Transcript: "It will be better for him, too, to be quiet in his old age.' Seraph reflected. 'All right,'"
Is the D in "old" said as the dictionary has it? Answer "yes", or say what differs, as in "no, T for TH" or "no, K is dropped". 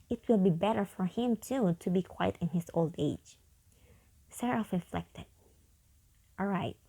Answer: yes